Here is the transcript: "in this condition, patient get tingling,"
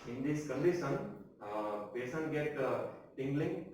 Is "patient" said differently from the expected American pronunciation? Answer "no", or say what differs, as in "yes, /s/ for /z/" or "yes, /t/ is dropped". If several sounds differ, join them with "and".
yes, /s/ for /ʃ/